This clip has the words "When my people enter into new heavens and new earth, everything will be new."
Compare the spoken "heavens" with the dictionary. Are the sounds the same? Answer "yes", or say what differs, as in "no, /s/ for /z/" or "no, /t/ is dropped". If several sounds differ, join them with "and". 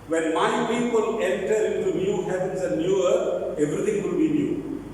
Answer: no, /p/ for /v/